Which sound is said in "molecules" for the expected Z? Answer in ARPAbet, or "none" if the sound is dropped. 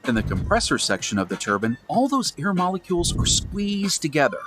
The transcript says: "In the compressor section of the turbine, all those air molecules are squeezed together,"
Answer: Z